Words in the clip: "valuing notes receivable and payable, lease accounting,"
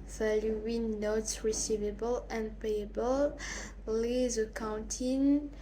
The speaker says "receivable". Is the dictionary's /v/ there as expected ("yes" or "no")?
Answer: yes